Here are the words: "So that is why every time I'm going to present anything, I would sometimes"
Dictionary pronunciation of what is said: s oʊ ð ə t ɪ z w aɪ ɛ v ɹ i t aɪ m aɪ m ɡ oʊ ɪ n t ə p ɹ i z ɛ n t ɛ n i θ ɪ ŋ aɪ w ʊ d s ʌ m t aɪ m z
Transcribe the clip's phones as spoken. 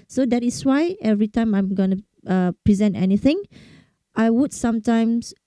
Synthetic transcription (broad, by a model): s oʊ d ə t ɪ s w aɪ ɛ v ɹ i t aɪ m aɪ m ɡ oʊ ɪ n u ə p ɹ i z ɛ n t ɛ n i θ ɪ ŋ aɪ w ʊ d s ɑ m t aɪ m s